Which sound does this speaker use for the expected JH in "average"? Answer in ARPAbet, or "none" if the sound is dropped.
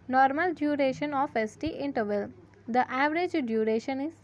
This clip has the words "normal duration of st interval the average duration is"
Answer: JH